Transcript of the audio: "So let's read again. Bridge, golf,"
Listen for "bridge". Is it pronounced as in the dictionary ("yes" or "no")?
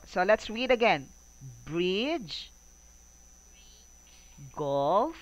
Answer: yes